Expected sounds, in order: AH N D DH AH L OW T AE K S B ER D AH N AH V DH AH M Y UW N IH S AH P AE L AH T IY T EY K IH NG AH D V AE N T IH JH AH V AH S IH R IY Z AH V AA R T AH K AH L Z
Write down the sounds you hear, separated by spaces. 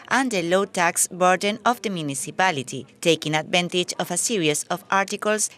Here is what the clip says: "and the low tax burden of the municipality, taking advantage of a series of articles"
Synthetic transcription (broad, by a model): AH N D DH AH L OW T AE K S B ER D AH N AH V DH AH M Y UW N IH S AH P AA L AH T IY T EY K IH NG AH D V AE N T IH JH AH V AH S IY R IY S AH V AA R T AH K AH L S